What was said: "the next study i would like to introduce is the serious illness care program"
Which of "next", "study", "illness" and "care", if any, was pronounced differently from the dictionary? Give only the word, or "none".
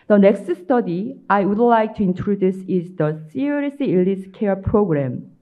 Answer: illness